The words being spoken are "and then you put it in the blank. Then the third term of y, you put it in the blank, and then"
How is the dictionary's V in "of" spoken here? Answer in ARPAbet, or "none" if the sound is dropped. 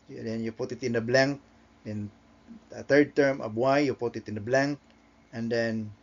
B